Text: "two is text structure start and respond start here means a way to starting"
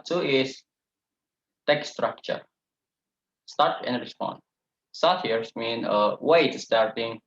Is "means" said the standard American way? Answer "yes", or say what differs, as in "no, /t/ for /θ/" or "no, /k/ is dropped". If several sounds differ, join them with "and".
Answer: no, /z/ is dropped